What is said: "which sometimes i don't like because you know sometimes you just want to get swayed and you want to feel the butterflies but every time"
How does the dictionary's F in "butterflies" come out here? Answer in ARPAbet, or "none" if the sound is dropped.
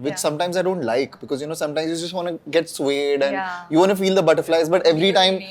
F